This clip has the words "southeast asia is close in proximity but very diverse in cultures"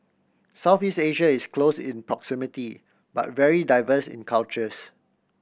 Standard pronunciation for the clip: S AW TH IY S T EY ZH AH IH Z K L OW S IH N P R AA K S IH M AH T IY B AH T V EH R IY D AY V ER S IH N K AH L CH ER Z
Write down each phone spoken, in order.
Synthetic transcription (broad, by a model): S AW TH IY S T EY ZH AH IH S K L OW S IH N P R AA K S IH M AH T IY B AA T V EH R IY D AY V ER S IH N K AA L CH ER S